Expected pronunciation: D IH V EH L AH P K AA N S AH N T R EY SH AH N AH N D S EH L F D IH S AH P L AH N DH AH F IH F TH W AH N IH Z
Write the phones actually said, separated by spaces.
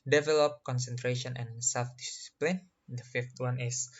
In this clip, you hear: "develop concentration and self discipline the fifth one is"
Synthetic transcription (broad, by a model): D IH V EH L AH P K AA N S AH N T R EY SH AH N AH N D S EH L F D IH S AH P L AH N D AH F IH F T W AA N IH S